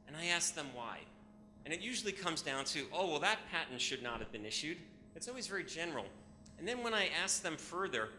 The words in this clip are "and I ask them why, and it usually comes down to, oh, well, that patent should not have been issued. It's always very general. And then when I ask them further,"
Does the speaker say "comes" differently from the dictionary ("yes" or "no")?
no